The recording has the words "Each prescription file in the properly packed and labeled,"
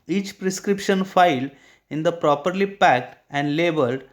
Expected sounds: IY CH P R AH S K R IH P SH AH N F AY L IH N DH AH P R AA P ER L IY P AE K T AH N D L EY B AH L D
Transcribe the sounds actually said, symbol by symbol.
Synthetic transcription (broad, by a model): IY CH P R AH S K R IH P SH AH N F AY L IH N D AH P R AA P ER L IY P AE K T AH N D L EY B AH L D